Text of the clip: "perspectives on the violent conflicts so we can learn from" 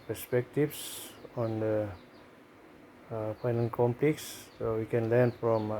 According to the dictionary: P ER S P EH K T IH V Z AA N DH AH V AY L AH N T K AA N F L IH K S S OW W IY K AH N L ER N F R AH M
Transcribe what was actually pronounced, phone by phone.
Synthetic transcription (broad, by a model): P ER S P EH K T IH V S AA N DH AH P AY N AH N K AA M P L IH K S S OW W IY K AH N L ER N F R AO M